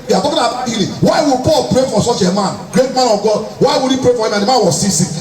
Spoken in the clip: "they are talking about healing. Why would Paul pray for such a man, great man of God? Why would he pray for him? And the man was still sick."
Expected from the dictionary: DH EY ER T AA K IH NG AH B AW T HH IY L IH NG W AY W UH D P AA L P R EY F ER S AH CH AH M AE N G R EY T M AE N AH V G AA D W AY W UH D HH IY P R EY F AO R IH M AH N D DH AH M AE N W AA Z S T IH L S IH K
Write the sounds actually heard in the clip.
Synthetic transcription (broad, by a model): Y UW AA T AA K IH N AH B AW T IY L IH W AY W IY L P AA L P R EY F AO S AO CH AH M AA N G R EY T M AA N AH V G AA D W AY W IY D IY P R EY F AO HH IH M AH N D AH M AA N W AA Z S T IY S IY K